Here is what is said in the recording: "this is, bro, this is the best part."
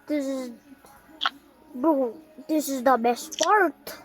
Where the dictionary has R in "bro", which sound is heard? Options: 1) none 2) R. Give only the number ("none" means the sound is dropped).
1